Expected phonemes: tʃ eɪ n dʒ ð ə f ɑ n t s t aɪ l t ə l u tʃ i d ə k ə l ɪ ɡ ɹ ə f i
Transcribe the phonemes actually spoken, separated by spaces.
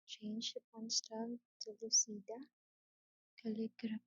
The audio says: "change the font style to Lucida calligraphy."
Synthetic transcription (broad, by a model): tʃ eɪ n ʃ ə p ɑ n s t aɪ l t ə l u s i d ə k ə l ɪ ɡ ɹ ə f